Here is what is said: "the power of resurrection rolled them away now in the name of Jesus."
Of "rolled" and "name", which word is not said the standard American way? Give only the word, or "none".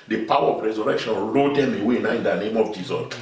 rolled